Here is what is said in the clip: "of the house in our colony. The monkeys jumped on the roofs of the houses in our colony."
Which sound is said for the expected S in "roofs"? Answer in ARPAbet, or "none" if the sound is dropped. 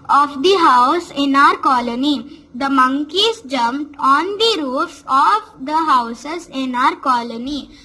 none